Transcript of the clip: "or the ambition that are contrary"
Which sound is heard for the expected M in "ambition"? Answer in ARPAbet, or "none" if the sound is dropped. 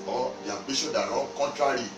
none